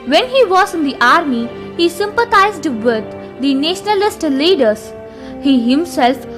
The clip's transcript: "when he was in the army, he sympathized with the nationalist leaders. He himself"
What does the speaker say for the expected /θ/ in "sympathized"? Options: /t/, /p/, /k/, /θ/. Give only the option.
/t/